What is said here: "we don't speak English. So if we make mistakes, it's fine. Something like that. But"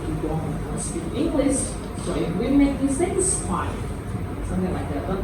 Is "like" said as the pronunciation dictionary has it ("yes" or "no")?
yes